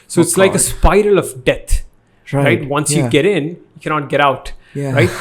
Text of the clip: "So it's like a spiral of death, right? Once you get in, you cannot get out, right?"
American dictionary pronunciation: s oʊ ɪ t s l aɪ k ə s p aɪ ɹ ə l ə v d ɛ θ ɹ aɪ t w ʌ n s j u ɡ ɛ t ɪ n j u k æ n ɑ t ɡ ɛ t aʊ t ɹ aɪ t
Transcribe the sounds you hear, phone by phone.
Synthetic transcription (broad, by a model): s oʊ ɪ t s l aɪ k ə s p aɪ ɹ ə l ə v d ɛ t ɹ aɪ t w ʌ n s j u ɡ ɛ t ɪ n j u k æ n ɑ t ɡ ɛ t aʊ t ɹ aɪ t